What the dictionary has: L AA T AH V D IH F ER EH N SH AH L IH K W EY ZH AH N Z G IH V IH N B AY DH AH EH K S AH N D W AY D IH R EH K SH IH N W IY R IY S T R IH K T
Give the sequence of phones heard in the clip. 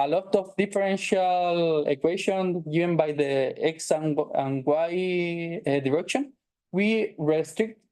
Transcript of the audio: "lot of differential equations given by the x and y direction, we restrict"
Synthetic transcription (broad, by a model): L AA T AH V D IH F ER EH N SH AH L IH K W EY SH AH N G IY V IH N B AY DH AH EH K S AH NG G W AY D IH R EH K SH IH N W IY R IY S T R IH K T